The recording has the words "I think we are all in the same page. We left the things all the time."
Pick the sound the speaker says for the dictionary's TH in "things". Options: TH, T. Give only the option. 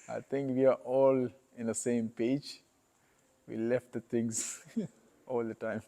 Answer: T